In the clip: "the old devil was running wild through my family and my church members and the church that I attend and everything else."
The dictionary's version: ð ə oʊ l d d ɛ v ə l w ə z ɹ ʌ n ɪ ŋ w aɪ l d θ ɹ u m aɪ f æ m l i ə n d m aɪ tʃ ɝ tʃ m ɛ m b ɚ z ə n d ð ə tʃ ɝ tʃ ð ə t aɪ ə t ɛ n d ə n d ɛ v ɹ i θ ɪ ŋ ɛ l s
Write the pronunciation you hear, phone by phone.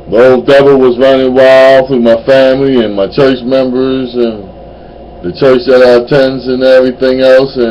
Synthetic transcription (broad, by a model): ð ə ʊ l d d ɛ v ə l w ə z ɹ ʌ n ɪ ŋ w aɪ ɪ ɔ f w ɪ m aɪ f æ m l i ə n m aɪ tʃ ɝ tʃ m ɛ m b ɚ z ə n ð ə tʃ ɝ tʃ ð ə t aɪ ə t ɛ n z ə n ɛ v ɹ i θ ɪ ŋ ɛ l s